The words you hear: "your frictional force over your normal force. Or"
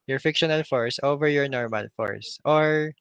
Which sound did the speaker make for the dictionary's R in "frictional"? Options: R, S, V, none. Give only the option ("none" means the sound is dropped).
none